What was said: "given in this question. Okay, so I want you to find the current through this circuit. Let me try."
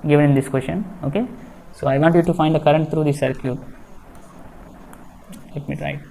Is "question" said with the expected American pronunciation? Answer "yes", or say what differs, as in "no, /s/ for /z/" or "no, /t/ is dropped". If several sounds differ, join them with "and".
no, /ʃ/ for /tʃ/